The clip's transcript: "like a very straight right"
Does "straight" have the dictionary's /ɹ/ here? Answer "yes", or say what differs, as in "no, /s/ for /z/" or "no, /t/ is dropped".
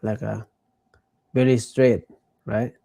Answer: yes